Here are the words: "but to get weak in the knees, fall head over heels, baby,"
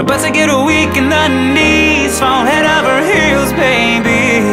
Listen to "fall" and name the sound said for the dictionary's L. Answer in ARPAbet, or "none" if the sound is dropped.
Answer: N